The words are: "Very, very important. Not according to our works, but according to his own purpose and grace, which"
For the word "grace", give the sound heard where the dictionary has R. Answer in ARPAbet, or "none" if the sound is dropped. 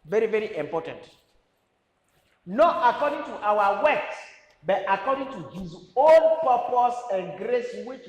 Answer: R